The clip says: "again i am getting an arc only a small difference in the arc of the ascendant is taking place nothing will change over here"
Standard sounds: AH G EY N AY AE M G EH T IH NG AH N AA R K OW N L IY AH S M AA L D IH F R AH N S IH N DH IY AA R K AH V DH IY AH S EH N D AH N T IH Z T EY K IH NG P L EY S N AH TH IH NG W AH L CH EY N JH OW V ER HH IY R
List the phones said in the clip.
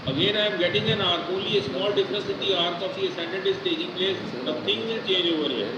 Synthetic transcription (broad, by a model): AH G EY N AY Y M G EH T IH NG AH N AA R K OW L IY AH S M AA L D IH F R AH N S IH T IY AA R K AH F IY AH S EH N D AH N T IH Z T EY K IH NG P L EY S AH T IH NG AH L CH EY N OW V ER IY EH